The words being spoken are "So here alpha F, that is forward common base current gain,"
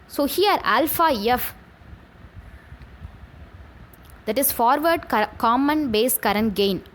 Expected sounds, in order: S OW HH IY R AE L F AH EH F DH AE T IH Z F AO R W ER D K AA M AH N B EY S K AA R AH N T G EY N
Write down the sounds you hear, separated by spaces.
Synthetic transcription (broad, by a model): S OW HH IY R AE L F AH EH F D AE T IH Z F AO R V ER D K AA M AH N B EY S K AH R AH N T G EY N